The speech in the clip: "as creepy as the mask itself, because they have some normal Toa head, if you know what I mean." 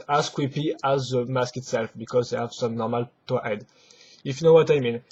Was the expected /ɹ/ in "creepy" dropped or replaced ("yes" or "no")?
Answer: yes